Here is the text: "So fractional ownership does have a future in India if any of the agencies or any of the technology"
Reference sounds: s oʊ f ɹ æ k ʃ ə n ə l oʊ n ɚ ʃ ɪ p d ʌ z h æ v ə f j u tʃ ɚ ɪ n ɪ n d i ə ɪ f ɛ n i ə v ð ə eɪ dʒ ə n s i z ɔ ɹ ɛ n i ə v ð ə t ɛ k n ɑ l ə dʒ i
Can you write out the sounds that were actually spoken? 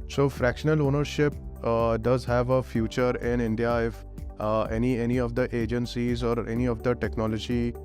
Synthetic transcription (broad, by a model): s oʊ f ɹ æ k ʃ ə n ə l oʊ n ɚ ʃ ɪ p d ʌ z h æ v ə f j u tʃ ɚ ɪ n ɪ n d i ə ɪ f ɛ n i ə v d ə eɪ dʒ ə n s i z ɔ ɹ ɛ n i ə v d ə t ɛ k n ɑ l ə dʒ i